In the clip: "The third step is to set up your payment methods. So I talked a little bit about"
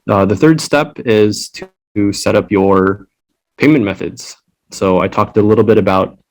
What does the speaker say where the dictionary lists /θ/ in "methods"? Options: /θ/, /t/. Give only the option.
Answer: /θ/